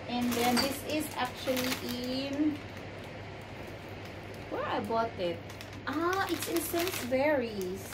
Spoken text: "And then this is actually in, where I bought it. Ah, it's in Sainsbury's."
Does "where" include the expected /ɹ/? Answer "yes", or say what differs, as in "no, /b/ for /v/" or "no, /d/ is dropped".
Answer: yes